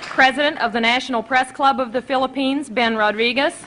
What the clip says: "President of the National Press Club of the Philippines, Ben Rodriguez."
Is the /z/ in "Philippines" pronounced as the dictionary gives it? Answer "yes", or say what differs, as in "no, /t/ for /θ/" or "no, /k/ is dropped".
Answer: yes